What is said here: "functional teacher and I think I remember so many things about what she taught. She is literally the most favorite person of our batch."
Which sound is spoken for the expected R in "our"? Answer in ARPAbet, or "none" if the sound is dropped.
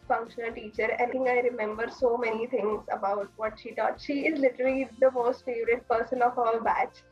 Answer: L